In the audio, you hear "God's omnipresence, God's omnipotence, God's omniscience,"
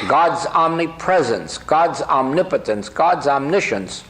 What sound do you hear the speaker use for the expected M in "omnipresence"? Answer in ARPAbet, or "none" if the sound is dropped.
M